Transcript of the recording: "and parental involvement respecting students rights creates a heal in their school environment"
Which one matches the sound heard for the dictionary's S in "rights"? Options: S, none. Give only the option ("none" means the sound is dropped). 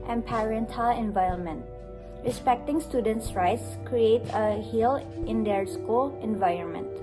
S